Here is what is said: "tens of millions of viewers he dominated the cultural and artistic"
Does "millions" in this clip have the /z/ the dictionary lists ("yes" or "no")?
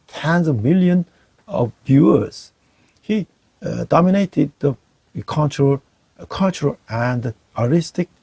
no